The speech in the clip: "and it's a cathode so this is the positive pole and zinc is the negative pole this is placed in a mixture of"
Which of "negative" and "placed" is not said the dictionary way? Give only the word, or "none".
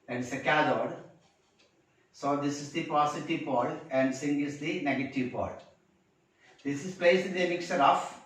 placed